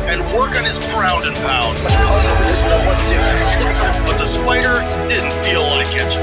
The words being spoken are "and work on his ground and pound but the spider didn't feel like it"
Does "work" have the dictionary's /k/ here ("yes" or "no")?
yes